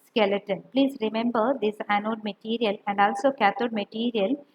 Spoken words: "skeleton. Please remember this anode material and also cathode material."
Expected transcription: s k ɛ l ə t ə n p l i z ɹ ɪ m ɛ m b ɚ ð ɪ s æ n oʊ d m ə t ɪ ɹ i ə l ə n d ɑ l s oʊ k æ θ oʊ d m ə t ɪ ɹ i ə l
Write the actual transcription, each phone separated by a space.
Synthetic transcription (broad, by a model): s k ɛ l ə t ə n p l i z ɹ ɪ m ɛ m b ɚ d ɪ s æ n oʊ d m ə t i ɹ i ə l ə n d ɑ l s oʊ k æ t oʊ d m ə t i ɹ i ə l